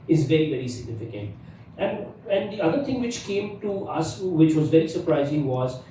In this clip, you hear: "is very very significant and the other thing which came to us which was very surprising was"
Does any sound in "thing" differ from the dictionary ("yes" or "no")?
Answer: yes